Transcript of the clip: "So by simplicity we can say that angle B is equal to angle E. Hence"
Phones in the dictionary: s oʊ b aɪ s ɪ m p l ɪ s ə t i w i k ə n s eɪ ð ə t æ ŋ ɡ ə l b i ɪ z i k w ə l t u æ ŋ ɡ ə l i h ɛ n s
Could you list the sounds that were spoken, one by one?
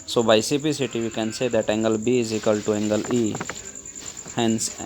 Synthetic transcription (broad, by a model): s oʊ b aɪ s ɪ p i s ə t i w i k ə n s eɪ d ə t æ ŋ ɡ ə l b i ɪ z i k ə l t u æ ŋ ɡ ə l i h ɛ n s